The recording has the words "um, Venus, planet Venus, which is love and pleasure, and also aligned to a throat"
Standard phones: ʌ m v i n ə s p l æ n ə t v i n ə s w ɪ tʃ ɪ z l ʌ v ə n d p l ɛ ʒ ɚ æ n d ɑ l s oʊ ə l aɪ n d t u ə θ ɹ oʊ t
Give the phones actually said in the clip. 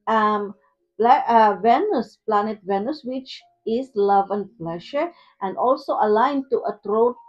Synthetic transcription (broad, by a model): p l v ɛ n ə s p l æ n ə t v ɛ n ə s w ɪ tʃ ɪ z l ʌ v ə n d p l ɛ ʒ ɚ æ n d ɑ l s oʊ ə l aɪ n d t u ə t ɹ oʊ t